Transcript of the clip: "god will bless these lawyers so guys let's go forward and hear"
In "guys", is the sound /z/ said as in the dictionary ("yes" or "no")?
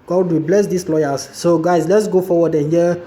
no